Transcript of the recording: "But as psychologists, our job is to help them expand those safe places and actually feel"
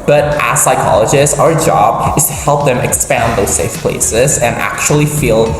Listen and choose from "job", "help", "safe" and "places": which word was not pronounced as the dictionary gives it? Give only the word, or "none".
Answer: none